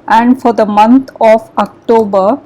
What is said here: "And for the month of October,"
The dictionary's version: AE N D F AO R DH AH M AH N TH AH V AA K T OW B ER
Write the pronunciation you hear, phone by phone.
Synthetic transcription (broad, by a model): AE N D F AO R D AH M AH N T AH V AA K T OW B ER